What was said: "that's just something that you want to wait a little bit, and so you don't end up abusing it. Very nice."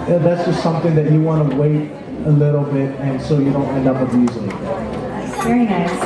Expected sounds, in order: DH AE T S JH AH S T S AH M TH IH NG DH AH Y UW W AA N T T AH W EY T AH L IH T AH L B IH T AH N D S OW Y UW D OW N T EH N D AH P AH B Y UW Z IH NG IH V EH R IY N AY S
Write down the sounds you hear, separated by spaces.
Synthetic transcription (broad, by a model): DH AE T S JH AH S T S AH M TH IH NG DH AH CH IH W AA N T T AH W EY T AH L IH T L B IH T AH N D S OW Y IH D OW N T EH N D AH P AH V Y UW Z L IH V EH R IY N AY